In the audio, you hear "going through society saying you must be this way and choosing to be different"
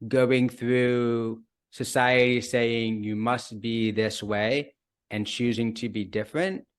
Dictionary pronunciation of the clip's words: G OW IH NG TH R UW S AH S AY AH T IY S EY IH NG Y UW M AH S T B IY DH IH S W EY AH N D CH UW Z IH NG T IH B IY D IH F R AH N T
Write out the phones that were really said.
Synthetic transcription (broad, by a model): G OW IH NG TH R UW S AH S AY AH T IY S EY IH NG Y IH M AH S T B IY DH IH S W EY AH N CH UW Z IH NG T IH B IY D IH F R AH N T